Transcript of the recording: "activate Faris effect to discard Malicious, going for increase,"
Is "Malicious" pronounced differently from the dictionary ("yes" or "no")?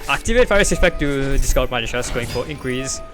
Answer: yes